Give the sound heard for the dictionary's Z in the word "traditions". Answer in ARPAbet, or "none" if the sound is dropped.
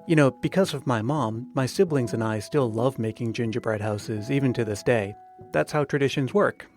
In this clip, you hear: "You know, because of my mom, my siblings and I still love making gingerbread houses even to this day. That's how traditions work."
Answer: Z